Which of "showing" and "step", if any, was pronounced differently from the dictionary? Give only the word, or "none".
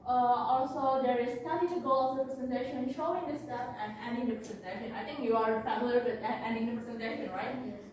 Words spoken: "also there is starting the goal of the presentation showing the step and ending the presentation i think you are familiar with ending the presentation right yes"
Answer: step